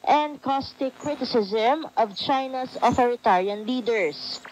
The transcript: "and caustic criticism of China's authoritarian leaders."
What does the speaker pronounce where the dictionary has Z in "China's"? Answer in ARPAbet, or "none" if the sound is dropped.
S